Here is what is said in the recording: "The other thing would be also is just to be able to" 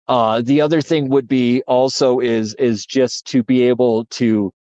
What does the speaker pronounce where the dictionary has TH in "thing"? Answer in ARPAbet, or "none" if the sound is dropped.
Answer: TH